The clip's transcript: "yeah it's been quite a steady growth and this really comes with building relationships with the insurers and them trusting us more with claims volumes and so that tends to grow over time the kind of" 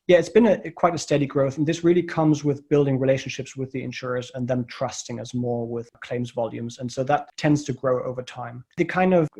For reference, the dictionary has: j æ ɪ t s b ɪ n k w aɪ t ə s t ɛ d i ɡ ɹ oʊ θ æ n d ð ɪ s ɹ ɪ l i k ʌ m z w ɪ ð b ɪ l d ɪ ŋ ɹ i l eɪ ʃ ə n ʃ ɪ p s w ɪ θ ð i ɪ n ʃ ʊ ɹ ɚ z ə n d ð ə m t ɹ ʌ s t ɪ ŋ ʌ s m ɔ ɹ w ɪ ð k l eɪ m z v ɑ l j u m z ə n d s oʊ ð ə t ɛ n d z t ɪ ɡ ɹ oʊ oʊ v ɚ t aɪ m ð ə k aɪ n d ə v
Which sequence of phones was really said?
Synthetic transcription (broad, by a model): j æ ɪ t s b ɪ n k w aɪ t ə s t ɛ d i ɡ ɹ oʊ θ n ð ɪ s ɹ ɪ l i k ʌ m z w ɪ ð b ɪ l d ɪ ŋ ɹ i l eɪ ʃ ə n ʃ ɪ p s w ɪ ð i ɪ n ʃ ʊ ɹ ɚ z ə n ð ə m t ɹ ʌ s t ɪ ŋ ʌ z m ɔ ɹ w ɪ ð k l eɪ m z v ɑ l j u m z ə n s oʊ ð ə t ɛ n d z t ɪ ɡ ɹ oʊ oʊ v ɚ t aɪ m ð ə k aɪ n d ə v